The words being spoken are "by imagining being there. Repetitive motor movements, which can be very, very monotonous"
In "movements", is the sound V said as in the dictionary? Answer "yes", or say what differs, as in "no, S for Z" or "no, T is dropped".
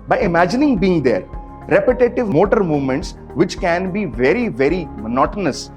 yes